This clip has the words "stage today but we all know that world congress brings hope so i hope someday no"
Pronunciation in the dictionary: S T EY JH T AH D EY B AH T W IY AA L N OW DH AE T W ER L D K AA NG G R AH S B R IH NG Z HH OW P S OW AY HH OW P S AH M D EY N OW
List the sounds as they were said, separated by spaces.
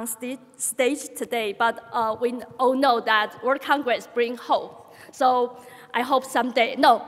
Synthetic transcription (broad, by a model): S T EY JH T AH D EY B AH T W IY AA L N OW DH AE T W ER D K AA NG G R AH S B R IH NG HH OW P S OW AY HH OW P S AH M D EY N OW